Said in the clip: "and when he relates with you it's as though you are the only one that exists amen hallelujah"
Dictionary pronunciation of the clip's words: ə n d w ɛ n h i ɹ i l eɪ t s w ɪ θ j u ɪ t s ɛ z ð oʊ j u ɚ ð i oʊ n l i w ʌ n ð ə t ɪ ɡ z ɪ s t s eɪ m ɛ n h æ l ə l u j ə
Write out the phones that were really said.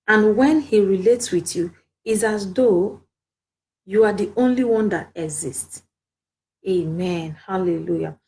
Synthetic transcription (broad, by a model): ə n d w ɛ n h i ɹ i l eɪ t s w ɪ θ j u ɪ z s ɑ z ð oʊ j u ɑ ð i oʊ n l i w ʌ n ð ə t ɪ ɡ z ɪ s t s eɪ m ɛ n h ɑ l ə l u j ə